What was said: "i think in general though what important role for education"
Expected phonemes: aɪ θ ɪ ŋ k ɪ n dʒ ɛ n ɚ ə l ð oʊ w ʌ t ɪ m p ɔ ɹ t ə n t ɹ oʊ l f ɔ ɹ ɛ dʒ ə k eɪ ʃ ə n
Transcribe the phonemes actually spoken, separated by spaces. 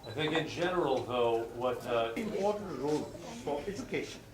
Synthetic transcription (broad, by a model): aɪ θ ɪ ŋ k ɪ n dʒ ɛ n ɚ ə l ð oʊ w ʌ t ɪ m p ɔ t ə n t ɹ oʊ l f ɔ ɹ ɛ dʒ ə k eɪ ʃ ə n